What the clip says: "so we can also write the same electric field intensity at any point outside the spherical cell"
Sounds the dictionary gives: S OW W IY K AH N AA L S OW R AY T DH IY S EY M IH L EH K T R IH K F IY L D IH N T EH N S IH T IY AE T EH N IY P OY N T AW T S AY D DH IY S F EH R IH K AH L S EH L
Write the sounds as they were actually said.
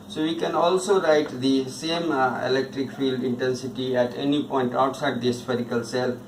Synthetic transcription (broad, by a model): S OW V IY K AH N AA L S OW R AY T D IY S EY M IH L EH K T R IH K F IY L D IH N T EH N S IH T IY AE T EH N IY P OY N T AW T S AY D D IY S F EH R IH K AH L S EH L